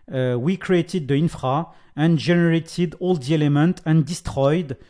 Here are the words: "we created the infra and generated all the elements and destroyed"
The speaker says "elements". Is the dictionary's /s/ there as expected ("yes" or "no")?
no